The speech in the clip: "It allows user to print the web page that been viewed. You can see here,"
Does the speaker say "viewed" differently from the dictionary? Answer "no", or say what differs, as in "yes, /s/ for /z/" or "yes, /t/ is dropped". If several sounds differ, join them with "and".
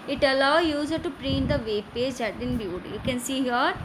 yes, /b/ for /v/